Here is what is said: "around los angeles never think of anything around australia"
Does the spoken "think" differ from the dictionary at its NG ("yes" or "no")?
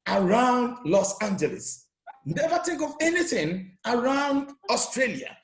yes